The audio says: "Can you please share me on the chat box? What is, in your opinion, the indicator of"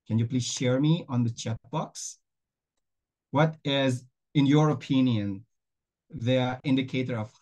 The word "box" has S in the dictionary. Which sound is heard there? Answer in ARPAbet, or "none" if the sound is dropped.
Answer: S